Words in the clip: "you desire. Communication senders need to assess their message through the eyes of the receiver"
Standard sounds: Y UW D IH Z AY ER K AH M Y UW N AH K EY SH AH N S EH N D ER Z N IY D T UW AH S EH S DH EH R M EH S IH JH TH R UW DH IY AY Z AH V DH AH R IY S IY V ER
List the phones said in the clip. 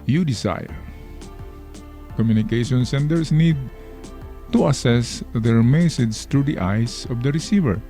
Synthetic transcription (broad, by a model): Y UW D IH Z AY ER K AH M Y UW N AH K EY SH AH N S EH N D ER S N IY D T UW AH S EH S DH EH R M EH S IH JH S R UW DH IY AY S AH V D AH R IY S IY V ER